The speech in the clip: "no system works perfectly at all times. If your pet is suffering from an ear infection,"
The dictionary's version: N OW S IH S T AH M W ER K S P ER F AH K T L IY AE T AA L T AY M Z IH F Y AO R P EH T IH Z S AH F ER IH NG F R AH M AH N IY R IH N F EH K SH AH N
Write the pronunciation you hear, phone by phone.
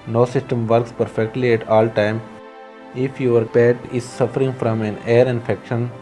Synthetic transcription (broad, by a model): N OW S IH S T AH M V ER K S P ER F AH K T L IY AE T AA L T AY M IH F Y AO R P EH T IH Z S AH F ER IH NG F R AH M AH N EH R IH N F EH K SH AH N